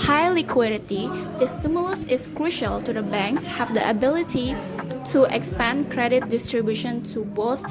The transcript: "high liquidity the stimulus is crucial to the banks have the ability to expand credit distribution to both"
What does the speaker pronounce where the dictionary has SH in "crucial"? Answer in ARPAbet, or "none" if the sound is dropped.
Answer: SH